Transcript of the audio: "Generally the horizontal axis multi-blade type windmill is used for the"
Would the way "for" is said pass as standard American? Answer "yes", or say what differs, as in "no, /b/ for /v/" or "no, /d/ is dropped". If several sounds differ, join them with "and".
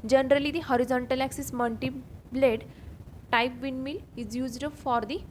yes